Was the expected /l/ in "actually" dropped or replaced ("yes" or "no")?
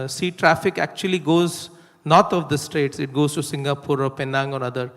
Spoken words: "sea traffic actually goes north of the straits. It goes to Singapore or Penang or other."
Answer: no